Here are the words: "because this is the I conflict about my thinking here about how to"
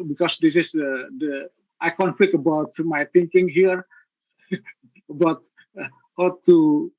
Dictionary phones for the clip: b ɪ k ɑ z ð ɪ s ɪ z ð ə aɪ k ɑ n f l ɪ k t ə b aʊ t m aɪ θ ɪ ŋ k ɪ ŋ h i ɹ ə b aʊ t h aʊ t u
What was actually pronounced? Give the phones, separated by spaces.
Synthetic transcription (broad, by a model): b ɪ k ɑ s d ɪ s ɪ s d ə aɪ k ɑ n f ɪ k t ə b aʊ t m aɪ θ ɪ ŋ k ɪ ŋ h i ɹ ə b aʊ t h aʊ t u